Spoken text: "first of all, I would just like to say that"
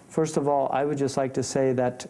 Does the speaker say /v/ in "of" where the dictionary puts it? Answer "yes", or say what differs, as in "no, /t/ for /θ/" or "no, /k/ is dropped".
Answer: yes